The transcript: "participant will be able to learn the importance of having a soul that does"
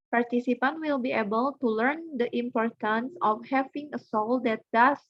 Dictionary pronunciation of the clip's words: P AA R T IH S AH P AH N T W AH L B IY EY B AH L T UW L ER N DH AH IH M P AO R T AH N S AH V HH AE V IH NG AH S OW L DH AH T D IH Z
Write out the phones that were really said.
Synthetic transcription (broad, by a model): P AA R T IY S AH P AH N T W AH L B IY EY B AH L T UW L ER N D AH IH M P AO R T AH N S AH F HH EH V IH NG AH S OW L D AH T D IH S